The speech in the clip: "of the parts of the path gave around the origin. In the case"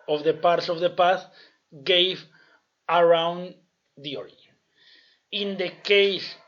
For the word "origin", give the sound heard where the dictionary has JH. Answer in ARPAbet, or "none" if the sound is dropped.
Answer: none